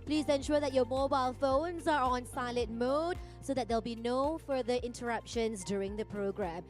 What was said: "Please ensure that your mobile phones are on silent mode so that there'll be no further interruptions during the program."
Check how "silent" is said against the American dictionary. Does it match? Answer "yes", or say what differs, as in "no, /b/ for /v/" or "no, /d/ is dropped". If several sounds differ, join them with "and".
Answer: no, /n/ is dropped